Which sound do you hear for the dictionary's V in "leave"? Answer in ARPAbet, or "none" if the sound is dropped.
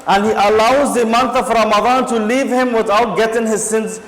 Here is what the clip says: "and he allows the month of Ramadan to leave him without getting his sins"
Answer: V